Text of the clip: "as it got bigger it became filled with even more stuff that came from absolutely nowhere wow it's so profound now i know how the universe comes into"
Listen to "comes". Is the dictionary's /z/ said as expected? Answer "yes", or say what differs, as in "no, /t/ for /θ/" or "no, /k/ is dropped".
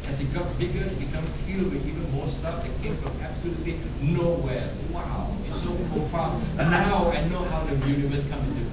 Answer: no, /z/ is dropped